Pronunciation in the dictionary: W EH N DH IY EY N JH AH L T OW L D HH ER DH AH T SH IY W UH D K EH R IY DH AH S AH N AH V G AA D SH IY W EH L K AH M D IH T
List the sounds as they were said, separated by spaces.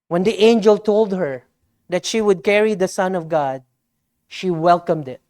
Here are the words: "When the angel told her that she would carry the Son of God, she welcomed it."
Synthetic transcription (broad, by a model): W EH N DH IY EY N JH AH L T OW L D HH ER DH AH T SH IY W UH D K EH R IY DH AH S AH N AH V G AA D SH IY W EH L K AH M D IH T